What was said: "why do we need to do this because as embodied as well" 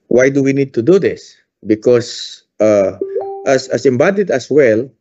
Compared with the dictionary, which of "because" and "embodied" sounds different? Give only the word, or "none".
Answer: because